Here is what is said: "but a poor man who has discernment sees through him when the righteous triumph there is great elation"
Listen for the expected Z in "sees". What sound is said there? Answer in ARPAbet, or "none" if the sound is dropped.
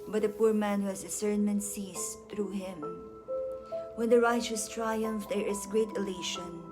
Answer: S